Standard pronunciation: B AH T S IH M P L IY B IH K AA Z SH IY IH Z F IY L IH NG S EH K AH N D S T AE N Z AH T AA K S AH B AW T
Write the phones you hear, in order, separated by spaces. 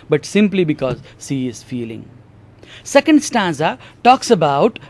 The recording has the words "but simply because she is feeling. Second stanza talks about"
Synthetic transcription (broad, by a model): B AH T S IH M P L IY B IH K AA Z S IY IH Z F IY L IH NG S EH K AH N D S T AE N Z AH T AA K S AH B AW T